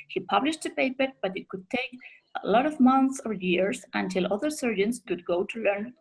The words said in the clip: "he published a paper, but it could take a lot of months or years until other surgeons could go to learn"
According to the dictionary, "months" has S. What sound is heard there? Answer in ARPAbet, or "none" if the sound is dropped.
S